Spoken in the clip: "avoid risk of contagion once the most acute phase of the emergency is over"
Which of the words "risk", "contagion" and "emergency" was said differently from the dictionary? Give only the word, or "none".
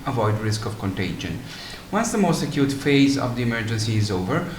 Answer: none